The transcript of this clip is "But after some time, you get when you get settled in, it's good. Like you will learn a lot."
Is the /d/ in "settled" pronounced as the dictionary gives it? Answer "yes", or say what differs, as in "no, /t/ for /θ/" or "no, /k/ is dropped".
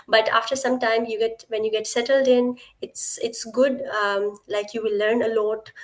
yes